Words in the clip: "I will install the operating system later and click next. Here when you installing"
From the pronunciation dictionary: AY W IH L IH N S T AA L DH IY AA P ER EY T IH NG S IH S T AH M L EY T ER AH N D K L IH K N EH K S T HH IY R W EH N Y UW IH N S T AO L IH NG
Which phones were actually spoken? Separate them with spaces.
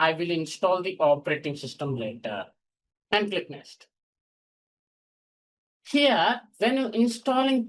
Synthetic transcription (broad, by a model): AY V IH L IH N S T AA L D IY AA P ER EY T IH NG S IH S T AH M L EY T ER AH N D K L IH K N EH S T HH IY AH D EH N Y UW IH N S T AO L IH NG